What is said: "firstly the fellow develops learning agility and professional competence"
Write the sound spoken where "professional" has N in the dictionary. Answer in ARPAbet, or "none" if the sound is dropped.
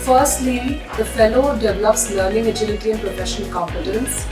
none